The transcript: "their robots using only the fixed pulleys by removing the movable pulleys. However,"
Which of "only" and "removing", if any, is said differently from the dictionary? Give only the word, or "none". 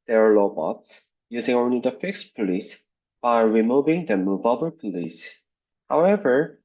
none